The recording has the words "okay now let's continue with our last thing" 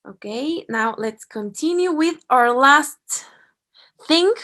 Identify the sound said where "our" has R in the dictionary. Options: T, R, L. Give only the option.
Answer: R